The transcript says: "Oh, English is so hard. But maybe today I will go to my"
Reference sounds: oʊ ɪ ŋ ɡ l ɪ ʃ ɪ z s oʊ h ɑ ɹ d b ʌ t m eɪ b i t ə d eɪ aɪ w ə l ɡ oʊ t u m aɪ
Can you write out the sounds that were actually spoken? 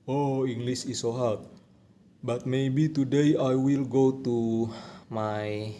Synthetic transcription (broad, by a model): oʊ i ŋ ɡ l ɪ s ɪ s oʊ h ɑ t b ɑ t m eɪ b i t ə d eɪ aɪ w ə l ɡ oʊ t u m aɪ